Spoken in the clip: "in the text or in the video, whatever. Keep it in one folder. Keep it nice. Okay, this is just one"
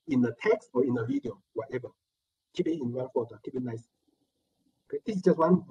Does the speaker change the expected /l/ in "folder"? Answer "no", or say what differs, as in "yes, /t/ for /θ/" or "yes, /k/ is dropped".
yes, /l/ is dropped